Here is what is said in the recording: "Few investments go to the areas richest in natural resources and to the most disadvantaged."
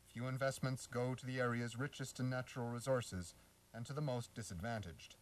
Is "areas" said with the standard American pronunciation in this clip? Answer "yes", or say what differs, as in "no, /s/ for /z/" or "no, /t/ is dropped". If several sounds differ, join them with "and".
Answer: yes